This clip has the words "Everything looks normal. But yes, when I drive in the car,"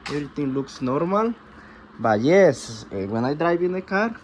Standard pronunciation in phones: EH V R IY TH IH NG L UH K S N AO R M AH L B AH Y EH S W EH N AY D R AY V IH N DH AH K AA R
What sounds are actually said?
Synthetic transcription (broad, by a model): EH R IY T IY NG L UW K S N AO R M AH L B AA Y EH S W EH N AY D R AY B IH N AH K AA R